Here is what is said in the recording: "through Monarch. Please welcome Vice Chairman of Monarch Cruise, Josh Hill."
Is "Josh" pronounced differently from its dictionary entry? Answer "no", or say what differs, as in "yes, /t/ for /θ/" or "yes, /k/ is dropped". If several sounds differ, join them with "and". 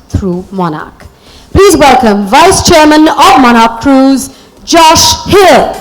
no